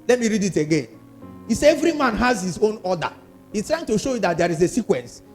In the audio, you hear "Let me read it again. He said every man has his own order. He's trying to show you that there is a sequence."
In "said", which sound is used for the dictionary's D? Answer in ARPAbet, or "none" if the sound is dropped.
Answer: none